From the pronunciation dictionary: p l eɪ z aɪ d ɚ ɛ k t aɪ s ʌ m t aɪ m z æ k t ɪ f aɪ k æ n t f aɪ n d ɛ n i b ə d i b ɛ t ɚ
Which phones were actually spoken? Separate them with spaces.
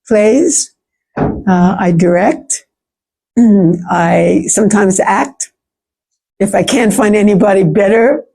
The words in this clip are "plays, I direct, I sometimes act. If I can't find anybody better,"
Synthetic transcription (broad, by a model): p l eɪ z aɪ d ɚ ɛ k t aɪ s ʌ m t aɪ m z æ k t ɪ f aɪ k æ n t f aɪ n d ɛ n i b ə d i b ɛ t ɚ